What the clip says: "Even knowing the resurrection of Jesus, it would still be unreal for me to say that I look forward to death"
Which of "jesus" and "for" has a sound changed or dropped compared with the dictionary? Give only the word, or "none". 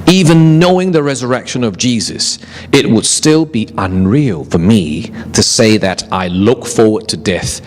none